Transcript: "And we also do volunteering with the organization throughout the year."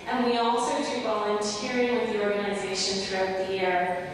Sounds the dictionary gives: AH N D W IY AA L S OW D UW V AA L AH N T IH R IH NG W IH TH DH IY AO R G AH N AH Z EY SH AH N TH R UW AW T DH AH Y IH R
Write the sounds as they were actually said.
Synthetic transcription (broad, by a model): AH N W IY AA L S OW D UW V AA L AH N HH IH R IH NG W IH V DH IY AO R G AH N AH Z EY SH AH N TH R UW AW T DH AH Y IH R